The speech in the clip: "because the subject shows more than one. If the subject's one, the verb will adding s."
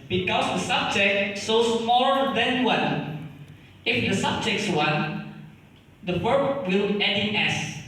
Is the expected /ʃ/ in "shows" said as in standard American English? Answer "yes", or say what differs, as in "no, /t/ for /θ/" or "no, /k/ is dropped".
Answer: no, /s/ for /ʃ/